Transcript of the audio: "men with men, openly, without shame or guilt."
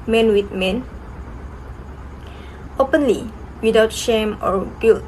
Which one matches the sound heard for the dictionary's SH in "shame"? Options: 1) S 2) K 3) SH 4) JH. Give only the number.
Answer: 3